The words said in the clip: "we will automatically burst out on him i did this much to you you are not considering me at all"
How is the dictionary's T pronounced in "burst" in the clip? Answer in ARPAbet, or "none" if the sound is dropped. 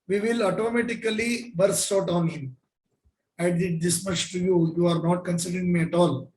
none